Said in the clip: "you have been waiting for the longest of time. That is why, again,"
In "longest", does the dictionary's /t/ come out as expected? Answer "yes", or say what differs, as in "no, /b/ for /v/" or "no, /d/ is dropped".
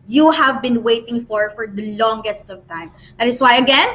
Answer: yes